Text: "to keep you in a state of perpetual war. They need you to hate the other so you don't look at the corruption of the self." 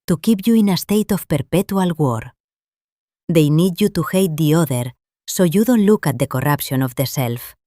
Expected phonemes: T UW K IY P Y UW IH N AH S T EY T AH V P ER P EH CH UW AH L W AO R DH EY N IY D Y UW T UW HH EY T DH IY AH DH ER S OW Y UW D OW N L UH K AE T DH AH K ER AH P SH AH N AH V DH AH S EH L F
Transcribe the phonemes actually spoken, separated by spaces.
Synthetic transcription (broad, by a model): T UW K IY P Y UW IH N AH S T EY T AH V P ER P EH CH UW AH L W AO R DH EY N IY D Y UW T UW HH EY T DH IY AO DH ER S OW Y UW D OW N L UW K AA T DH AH K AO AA P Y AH N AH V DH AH S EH L F